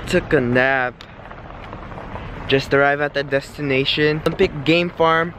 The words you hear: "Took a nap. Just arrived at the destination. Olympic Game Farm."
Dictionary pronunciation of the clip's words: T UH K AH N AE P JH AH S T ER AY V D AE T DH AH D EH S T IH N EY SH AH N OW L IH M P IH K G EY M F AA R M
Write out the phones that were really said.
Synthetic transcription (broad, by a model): T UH K AH N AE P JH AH S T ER AY V AE T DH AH D EH S T IH N EY SH AH N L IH M P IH K G EY M F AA R M